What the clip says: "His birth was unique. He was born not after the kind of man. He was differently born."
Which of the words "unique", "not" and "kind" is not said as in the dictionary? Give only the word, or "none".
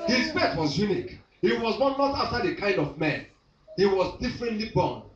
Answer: none